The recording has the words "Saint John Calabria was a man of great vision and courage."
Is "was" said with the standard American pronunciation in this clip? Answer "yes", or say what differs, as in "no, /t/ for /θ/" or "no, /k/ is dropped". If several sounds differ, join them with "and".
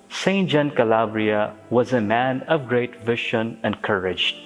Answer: yes